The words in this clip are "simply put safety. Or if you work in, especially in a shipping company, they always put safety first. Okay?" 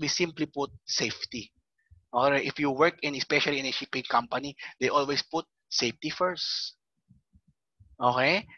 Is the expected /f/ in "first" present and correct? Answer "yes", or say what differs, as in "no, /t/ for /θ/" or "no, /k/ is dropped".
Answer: yes